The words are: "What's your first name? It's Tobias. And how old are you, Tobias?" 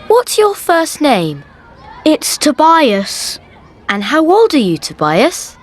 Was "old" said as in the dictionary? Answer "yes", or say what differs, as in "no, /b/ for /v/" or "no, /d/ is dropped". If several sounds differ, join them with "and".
yes